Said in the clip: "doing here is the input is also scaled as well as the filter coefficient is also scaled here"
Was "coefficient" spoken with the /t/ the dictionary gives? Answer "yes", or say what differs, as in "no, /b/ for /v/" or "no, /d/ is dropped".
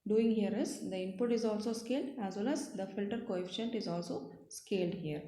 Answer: yes